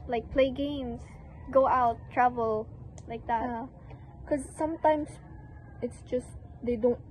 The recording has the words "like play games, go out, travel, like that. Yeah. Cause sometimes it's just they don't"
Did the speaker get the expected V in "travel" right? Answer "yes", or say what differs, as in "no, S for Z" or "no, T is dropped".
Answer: yes